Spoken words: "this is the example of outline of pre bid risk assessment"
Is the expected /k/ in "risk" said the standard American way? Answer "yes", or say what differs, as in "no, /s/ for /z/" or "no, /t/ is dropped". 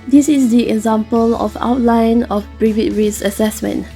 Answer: no, /k/ is dropped